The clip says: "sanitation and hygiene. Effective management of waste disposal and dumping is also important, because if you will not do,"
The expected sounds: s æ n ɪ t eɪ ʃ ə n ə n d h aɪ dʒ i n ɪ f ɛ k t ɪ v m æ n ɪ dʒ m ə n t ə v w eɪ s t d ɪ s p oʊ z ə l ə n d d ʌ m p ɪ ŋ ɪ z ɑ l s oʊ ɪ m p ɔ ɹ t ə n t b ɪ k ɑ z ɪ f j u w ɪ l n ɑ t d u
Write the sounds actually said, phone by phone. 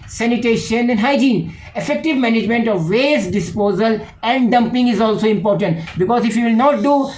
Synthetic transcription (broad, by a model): s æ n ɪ t eɪ ʃ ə n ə n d h aɪ dʒ i n ɪ f ɛ k t ɪ v m æ n ɪ dʒ m ə n t ə v eɪ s d ɪ s p oʊ z ə l ə n d d ʌ m p ɪ ŋ ɪ z ɑ l s oʊ ɪ m p ɔ ɹ t ə n t b ɪ k ɑ z ɪ f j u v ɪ l n ɑ t d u